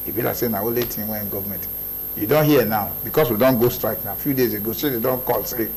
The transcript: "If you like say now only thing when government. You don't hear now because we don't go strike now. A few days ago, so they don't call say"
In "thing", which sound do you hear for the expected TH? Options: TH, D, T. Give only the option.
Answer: T